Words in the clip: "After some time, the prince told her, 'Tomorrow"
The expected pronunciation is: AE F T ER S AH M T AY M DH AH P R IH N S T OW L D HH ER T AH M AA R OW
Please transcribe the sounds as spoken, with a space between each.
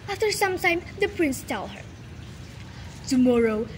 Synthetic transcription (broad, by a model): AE F T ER S AH M T AY M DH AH P R IH N S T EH L HH ER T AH M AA R OW